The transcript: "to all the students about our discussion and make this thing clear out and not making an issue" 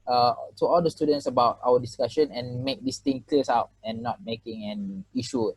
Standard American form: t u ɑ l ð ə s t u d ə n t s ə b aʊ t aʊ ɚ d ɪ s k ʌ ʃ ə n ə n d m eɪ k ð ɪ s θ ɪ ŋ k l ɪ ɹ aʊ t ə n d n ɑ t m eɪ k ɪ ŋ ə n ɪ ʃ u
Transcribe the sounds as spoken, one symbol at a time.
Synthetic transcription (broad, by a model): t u ɑ l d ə s t u d ə n t s ə b aʊ t aʊ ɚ d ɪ s k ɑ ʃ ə n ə n m eɪ k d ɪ s t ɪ ŋ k l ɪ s aʊ t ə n n ɑ t m eɪ k ɪ ŋ ə n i ʃ u